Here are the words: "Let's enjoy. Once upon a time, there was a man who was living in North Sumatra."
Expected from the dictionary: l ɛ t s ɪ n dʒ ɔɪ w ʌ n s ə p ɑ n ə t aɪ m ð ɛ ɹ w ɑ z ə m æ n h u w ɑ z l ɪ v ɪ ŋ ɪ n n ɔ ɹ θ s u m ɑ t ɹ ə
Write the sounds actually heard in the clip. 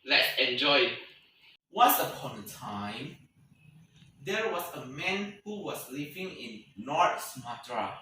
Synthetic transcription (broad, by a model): l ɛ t s ɪ n dʒ ɔɪ w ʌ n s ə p ɑ n ə t aɪ m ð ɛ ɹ w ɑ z ə m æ n h u w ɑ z l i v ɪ ŋ ɪ n l ɔ ɹ t s m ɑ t ɹ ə